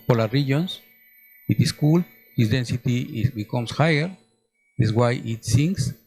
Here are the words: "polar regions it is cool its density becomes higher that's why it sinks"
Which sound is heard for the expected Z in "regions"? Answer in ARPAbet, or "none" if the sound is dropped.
S